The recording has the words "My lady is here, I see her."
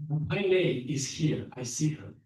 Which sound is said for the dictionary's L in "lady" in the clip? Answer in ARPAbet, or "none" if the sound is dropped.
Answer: N